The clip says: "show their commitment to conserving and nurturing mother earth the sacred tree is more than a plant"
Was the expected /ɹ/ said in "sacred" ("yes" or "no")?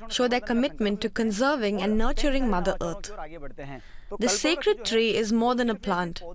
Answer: yes